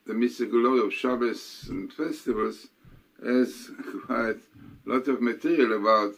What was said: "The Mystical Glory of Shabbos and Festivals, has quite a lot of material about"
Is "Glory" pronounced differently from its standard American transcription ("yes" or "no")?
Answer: yes